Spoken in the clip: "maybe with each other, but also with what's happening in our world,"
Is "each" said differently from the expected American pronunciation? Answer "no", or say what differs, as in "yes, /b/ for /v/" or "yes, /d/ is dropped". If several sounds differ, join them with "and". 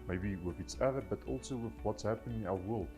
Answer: yes, /s/ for /tʃ/